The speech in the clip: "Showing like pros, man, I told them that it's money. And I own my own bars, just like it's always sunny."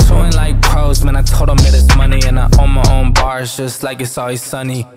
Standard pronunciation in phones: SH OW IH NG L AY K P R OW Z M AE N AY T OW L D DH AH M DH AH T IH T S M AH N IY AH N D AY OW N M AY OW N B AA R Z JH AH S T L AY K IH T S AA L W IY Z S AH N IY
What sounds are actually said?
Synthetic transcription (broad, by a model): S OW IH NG L AY K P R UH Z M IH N AY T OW D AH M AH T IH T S M AH N IY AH N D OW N M AY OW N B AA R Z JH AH S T L AY K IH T S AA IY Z S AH N IY